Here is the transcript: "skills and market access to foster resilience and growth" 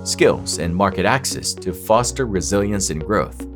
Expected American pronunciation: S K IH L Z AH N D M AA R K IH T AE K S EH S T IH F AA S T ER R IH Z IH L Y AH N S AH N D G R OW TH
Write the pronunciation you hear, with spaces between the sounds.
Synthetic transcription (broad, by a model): S K IH L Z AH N M AA R K IH T AE K S EH S T IH F AA S T ER R IH Z IH L Y AH N S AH N G R OW TH